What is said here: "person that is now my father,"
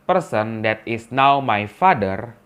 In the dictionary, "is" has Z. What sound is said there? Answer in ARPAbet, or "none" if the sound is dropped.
S